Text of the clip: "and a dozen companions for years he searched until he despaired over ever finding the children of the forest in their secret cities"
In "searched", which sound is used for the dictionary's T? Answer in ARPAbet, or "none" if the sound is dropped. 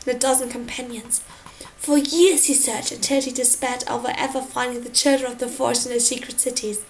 none